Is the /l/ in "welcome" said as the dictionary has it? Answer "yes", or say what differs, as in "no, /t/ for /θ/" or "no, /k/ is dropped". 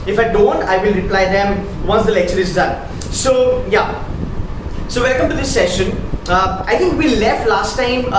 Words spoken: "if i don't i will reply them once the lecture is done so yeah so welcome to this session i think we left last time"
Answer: no, /n/ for /l/